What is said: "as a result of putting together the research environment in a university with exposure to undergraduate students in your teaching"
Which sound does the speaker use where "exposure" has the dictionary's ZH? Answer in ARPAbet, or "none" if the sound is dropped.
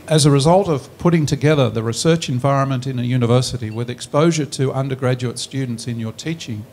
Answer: ZH